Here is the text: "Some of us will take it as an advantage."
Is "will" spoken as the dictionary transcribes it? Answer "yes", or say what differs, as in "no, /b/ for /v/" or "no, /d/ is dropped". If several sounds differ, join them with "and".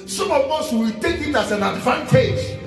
no, /w/ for /l/